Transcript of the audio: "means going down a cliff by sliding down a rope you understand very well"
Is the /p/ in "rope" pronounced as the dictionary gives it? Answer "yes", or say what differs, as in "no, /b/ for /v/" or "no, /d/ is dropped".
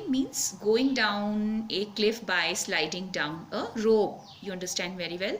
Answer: no, /b/ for /p/